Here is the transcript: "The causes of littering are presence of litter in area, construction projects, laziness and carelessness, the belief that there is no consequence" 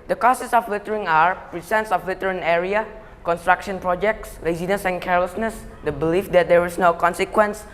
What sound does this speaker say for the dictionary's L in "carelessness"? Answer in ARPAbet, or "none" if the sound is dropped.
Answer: L